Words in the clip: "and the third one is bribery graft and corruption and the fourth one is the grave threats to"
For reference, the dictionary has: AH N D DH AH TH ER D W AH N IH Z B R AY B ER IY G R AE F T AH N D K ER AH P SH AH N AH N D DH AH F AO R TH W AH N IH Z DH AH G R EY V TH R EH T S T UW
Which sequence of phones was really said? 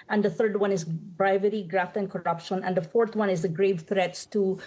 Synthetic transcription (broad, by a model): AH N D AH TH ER D W AH N IH Z B R AY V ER IY G R AE F T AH N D K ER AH P SH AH N AH N D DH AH F AO R T W AH N IH Z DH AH G R EY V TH R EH T S T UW